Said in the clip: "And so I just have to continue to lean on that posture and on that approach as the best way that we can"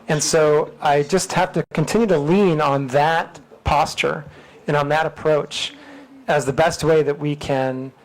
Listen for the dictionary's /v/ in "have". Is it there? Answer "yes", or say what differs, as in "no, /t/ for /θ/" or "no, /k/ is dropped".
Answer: no, /f/ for /v/